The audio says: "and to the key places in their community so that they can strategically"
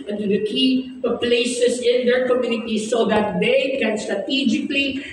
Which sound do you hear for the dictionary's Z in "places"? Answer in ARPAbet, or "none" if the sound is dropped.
S